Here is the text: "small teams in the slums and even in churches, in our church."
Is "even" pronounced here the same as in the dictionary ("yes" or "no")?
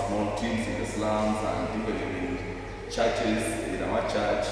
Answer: no